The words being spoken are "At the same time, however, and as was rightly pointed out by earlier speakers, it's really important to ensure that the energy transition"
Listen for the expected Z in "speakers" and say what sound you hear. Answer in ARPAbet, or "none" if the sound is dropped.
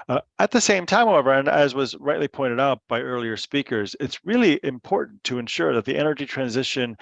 Z